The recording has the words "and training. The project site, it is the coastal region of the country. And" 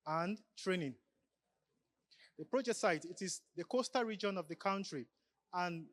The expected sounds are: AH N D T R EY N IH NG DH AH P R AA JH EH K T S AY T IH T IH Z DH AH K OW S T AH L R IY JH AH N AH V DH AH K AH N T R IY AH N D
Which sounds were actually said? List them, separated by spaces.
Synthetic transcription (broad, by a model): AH N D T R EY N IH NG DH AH P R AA JH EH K T S AY T IH T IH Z DH AH K OW S T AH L R IY JH AH N AH V DH AH K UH N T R IY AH N